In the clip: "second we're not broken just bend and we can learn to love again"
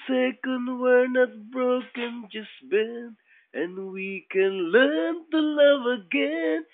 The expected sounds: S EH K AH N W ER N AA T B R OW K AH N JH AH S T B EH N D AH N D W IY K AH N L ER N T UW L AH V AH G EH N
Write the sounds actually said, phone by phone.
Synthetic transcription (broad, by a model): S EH K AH N W ER N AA T B R OW K AH N JH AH S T B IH N AH N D W IY K AH N L ER N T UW L AH V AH G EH N